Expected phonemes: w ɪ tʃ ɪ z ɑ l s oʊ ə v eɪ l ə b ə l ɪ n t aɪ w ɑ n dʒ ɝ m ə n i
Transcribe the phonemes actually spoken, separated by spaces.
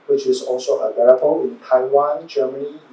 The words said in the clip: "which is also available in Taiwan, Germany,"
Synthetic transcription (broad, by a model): w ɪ tʃ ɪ s ɑ l s oʊ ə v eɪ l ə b ə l ɪ n t aɪ w ɑ n dʒ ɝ m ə n i